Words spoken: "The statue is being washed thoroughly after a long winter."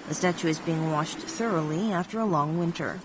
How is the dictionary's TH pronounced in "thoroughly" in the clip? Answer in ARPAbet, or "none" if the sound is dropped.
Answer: TH